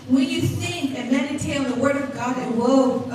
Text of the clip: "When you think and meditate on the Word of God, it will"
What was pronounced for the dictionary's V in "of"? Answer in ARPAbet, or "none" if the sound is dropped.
V